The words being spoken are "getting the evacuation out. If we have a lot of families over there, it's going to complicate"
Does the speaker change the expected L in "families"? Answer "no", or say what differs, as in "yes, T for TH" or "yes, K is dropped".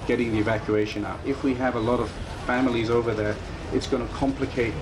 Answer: no